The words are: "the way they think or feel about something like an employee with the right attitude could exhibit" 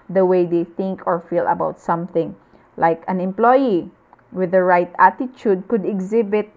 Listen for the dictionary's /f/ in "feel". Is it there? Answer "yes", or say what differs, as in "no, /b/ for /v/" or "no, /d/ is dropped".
yes